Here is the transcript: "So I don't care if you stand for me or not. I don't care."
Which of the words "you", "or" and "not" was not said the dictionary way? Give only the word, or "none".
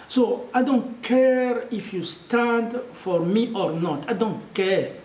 none